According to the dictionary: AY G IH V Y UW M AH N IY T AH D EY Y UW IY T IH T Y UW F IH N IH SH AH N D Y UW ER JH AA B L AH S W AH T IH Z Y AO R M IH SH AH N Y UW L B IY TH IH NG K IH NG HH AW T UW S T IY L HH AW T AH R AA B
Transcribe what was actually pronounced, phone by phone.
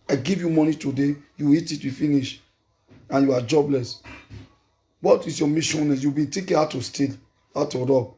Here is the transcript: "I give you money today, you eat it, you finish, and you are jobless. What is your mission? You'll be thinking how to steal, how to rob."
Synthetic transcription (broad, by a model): AY G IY V Y UW M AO N IY T AH D EY Y UW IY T IH T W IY F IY N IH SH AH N Y UW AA JH AA B L AH S W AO T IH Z Y AO M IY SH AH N Y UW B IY T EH K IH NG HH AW T UW S T IY L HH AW T AH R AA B